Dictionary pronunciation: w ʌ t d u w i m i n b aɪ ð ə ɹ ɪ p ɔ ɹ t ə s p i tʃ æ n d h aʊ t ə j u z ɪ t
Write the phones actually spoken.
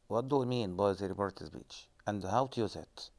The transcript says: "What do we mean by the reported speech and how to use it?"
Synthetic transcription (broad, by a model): w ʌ t d u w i m i n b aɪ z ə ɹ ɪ b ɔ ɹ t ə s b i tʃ æ n d h aʊ t ə j u z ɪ t